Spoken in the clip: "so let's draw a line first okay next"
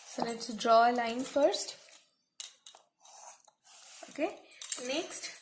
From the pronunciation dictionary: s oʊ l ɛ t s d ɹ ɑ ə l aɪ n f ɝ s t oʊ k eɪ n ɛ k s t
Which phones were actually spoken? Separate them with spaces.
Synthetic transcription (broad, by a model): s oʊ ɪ t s d ɹ ɑ ə l aɪ n f ɝ s t oʊ k eɪ n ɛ k s t